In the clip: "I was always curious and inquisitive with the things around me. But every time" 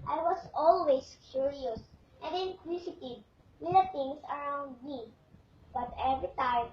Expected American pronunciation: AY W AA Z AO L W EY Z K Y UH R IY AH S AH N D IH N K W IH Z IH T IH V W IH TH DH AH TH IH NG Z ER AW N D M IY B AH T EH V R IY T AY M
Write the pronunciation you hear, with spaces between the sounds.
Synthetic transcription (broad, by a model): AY W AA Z AO L W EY S K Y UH R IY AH S AH N D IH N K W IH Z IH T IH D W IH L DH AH T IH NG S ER AW N D M IY B AH T EH V R IY T AY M